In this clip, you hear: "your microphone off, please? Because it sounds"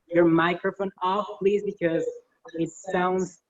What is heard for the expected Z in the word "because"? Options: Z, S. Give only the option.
Z